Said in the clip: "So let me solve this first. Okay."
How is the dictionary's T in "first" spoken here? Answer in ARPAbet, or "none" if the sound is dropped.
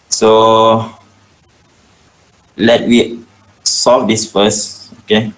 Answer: none